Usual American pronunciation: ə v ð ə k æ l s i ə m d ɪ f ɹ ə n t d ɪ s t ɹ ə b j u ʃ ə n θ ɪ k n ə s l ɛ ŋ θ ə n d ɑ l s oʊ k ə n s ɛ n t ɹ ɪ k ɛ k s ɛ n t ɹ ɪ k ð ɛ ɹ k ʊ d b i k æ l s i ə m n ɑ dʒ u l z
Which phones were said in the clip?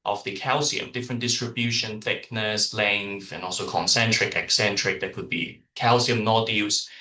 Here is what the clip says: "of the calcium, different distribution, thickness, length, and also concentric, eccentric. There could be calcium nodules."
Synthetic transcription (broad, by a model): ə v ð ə k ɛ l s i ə m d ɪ f ɹ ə n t d ɪ s t ɹ ə b j u ʃ ə n θ ɪ k n ə s l ɛ ŋ θ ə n ɑ l s oʊ k ə n s ɛ n t ɹ ɪ k ɛ k s ɛ n t ɹ ɪ k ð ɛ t k ʊ d b i k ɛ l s i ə m n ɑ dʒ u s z